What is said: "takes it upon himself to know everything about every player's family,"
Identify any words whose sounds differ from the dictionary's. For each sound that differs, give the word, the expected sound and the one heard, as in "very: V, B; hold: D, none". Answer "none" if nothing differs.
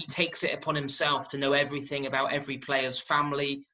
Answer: none